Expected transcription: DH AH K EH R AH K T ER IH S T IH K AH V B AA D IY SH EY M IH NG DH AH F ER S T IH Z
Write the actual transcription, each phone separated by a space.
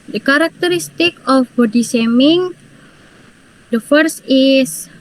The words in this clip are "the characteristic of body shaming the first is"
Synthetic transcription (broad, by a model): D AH K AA R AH K T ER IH S T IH K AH F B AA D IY S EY M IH NG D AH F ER S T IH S